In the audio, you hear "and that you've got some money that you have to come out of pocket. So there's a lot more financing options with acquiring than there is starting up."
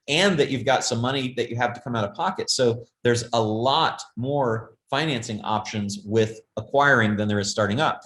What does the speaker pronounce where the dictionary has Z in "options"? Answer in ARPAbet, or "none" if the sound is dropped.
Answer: Z